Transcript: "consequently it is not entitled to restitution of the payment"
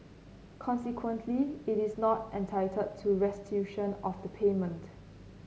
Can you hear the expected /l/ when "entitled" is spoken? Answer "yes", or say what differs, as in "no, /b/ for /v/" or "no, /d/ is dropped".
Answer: no, /l/ is dropped